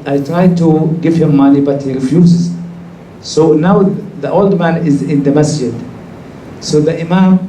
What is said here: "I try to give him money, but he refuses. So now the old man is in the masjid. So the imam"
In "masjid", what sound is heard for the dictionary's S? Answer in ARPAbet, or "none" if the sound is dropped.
S